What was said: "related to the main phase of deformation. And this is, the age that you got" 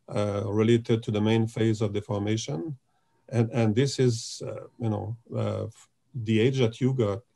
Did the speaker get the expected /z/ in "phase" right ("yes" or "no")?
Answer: yes